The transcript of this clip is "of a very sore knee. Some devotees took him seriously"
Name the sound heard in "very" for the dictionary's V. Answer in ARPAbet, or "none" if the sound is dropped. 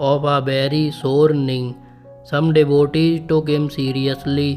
B